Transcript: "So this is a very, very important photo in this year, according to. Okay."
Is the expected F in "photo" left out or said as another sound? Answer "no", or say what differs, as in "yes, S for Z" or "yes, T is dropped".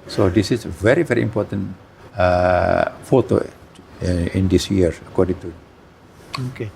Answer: no